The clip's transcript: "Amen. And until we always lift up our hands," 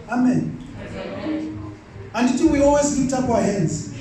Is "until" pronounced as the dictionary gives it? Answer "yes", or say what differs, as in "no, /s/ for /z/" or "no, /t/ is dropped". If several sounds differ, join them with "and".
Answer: no, /n/ is dropped